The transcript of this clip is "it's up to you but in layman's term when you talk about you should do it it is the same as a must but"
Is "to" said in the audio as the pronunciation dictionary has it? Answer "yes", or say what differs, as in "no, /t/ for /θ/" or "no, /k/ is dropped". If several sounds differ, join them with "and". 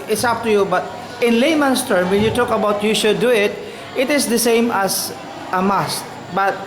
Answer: yes